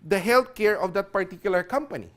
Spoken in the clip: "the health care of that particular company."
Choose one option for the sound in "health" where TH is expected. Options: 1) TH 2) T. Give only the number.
2